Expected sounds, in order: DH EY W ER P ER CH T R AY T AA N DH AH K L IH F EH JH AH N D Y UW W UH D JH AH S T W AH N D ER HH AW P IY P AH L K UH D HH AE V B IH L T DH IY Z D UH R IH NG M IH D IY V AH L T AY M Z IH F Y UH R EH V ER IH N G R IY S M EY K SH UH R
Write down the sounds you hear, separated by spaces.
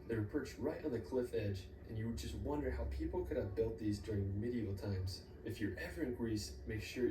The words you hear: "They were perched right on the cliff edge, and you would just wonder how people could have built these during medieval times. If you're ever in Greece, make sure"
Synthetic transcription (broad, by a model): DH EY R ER P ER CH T R AY T N DH AH K L IH F EH JH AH N Y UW W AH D JH AH S T W AH N D ER HH AW P IY P L K UH D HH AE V B IH L T DH IY Z D UH R IH NG M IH D IY AH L T AY M Z IH F Y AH R EH V ER IH N G R IY S M EY K SH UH R